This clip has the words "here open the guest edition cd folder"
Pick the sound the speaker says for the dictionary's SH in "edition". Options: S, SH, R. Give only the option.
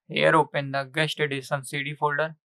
S